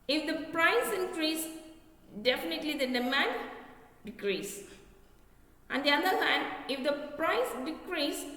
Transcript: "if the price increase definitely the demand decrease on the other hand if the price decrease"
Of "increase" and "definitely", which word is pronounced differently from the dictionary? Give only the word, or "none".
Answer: none